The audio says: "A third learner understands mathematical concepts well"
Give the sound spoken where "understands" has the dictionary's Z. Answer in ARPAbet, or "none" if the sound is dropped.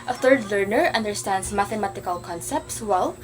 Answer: S